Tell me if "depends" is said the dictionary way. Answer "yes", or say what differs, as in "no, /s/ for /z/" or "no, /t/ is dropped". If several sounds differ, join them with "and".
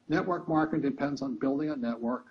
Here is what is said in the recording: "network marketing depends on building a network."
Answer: yes